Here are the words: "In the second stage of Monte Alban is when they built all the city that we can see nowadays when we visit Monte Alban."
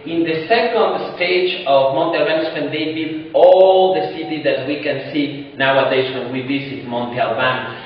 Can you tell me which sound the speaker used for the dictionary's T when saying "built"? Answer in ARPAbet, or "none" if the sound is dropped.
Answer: none